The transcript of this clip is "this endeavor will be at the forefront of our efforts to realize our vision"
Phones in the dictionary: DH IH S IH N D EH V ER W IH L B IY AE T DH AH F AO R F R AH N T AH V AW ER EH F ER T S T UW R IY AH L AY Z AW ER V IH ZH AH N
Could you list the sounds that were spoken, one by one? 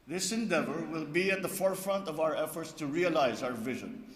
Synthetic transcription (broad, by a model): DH IH S IH N D EH V ER W IH L B IY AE T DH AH F AO R F R AH N T AH V AW ER EH F ER T S T UW R IY AH L AY Z AW ER V IH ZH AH N